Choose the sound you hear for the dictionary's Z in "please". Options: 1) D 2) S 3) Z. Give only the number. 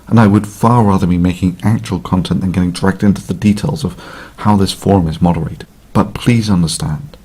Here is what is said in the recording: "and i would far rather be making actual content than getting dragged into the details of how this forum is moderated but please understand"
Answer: 3